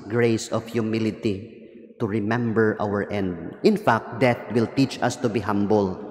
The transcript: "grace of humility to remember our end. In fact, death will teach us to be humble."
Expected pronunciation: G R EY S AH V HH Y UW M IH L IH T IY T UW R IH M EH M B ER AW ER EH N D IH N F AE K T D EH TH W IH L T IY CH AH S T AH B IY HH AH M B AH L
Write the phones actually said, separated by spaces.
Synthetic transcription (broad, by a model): G R EY S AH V HH Y UW M IH L IH T IY T UW R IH M EH M B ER AW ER EH N D IH N F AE K T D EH T W IH L T IY CH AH S T AH B IY HH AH M B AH L